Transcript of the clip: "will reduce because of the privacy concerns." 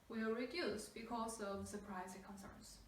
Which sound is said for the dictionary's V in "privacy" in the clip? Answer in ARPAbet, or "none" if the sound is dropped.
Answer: none